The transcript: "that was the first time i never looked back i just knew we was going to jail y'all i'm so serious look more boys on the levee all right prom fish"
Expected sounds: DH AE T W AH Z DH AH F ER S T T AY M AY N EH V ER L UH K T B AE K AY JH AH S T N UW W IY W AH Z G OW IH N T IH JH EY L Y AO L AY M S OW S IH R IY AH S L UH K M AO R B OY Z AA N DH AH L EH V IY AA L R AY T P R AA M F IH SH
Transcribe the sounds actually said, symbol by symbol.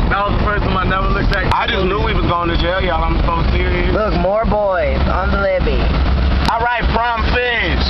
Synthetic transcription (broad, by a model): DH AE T W AH Z DH AH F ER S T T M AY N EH W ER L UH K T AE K AY JH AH S N UW W IY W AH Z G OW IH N T IH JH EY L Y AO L AY M S OW S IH R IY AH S L UH K M AO R B OY Z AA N DH AH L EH B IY AA L R AY T F R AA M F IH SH